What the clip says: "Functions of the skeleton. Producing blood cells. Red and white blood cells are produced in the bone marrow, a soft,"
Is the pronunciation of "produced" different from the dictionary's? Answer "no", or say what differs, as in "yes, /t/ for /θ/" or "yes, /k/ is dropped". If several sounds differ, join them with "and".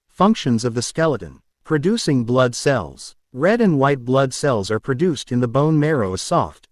no